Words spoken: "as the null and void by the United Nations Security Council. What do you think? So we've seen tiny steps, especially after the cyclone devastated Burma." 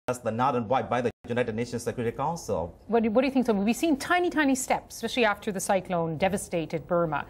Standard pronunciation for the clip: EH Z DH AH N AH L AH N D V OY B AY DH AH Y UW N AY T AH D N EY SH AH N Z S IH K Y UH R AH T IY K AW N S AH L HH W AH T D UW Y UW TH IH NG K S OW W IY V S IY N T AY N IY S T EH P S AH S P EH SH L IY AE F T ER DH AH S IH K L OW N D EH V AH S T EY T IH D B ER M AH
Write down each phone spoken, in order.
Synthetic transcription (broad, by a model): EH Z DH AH N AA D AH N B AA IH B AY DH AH Y UW N AY T AH D N EY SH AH N S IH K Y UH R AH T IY K AW N S AH L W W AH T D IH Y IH TH IH NG K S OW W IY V S IY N T AY N IY S T EH P S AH S P EH SH L IY AE F T ER DH AH S IH K L OW N D EH V AH S T EY T IH D B ER M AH